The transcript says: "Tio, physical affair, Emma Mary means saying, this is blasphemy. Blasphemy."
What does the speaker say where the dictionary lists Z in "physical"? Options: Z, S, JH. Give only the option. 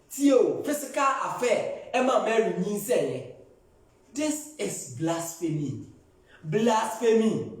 S